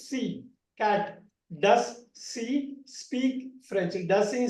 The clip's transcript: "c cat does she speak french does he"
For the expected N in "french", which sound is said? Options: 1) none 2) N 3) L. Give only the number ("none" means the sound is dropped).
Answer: 1